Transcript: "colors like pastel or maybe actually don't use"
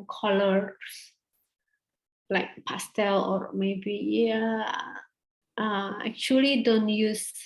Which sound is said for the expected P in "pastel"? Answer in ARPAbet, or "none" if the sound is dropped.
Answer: P